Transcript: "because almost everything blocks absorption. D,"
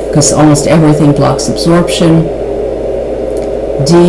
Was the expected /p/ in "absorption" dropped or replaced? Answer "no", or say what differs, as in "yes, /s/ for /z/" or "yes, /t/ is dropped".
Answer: no